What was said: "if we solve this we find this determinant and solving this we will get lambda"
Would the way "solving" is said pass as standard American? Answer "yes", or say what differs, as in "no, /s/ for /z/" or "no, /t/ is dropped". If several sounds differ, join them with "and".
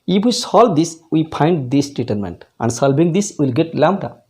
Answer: no, /b/ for /v/